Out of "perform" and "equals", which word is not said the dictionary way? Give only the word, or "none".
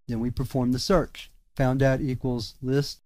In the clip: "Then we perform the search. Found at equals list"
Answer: none